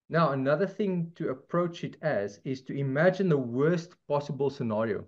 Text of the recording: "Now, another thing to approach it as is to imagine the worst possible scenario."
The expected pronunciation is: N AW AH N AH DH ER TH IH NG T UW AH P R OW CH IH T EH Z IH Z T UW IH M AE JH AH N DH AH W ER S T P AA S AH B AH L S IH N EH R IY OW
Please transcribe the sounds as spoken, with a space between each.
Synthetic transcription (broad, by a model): N AW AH N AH DH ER TH IH NG T UW AH P R OW CH IH T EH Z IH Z T UW IH M AE JH AH N DH AH W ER S T P AA S AH B AH L S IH N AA R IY OW